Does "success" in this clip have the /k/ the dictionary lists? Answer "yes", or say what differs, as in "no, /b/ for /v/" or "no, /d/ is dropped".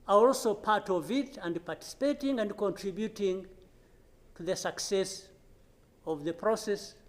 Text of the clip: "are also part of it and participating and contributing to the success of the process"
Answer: yes